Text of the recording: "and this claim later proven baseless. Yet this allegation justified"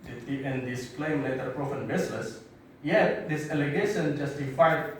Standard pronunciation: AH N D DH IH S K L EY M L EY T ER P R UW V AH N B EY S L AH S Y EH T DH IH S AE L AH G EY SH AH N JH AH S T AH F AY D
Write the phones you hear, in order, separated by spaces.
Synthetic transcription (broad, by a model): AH N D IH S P L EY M L EY T ER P R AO F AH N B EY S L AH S Y EH T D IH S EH L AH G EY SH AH N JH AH S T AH F AY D